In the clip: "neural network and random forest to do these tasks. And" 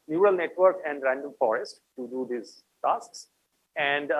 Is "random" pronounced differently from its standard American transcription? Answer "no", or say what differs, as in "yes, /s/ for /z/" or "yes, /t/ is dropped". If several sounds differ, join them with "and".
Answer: no